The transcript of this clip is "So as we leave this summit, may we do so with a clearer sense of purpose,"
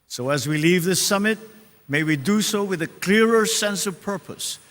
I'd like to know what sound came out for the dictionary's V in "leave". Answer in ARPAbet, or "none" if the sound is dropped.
V